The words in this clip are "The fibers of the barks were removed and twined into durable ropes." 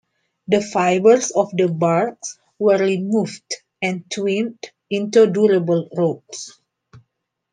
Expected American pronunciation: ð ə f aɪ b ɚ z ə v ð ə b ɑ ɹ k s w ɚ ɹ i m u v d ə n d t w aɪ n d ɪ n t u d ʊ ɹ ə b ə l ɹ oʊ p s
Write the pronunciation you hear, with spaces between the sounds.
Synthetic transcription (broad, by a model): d ə f aɪ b ɚ s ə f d ə b ɑ ɹ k s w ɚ ɹ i m u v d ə n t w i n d ɪ n t u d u ɹ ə b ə l ɹ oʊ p s